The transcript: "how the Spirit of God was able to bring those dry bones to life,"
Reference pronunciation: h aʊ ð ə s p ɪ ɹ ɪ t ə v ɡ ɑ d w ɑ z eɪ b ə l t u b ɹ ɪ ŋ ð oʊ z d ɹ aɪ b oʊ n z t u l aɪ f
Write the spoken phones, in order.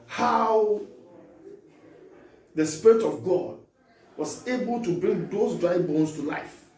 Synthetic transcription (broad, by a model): h aʊ ð ə s p ɪ ɹ ɪ t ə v ɡ ɑ d w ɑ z eɪ b ə l t u b ɹ ɪ ŋ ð oʊ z d ɹ aɪ b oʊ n s t u l aɪ f